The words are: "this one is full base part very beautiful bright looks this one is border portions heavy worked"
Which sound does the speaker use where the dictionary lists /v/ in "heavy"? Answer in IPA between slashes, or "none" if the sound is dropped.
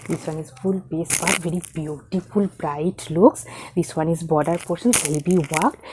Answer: /b/